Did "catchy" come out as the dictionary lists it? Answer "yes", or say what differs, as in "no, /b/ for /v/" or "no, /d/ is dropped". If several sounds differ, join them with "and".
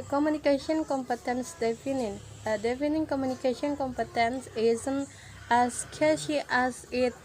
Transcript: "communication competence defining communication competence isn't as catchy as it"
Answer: no, /ʃ/ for /tʃ/